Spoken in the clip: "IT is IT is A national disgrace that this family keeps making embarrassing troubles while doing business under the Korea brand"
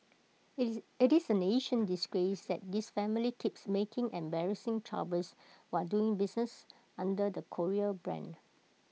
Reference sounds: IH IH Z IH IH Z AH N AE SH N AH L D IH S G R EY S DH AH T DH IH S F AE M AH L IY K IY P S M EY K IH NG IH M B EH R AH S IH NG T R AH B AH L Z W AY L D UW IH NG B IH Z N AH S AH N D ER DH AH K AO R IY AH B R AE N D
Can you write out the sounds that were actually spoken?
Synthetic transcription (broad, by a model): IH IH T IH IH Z AH N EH SH AH N D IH S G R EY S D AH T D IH S F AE M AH L IY K IY P S M EY K IH NG IH M B EH R AH S IH NG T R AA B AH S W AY D UW IH NG B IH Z N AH S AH N D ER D AH K AO R IY AH B R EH N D